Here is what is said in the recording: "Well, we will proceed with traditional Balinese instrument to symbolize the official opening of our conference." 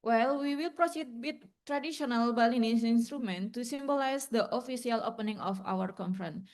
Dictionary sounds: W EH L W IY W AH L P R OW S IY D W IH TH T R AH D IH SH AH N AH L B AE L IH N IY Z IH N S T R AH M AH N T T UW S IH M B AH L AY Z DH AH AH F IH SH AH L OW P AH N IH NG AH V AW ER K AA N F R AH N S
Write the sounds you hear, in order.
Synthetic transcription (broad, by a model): W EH L W IY W AH L P R OW S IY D W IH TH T R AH D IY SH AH N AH L B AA L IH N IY S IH N S T R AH M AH N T T UW S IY M B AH L AY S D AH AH F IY S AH L OW P AH N IH NG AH F AW ER K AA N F R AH N